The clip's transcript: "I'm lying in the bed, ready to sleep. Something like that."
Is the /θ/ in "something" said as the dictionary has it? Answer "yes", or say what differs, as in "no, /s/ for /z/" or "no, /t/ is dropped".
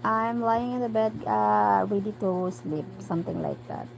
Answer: no, /t/ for /θ/